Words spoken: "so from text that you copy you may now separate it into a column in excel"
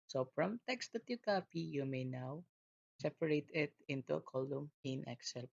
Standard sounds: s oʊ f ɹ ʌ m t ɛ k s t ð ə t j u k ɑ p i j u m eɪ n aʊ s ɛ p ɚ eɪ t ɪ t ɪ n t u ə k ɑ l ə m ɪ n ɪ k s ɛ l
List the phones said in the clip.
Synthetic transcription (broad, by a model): s oʊ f ɹ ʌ m t ɛ k s t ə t j u k ɑ p i j u m eɪ n aʊ s ɛ p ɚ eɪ t ɪ t ɪ n t u ə k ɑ l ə m ɪ n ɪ k s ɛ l